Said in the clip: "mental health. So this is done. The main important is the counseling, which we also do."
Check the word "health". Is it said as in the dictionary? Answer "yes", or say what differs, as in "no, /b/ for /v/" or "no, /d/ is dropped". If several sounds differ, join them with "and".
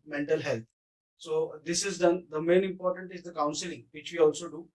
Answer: no, /t/ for /θ/